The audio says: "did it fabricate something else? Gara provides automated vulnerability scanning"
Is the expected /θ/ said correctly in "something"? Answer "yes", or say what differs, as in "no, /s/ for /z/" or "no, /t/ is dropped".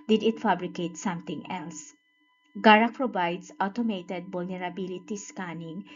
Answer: no, /t/ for /θ/